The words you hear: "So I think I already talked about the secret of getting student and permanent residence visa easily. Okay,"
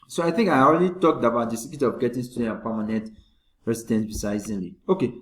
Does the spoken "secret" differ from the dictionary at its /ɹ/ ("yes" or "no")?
yes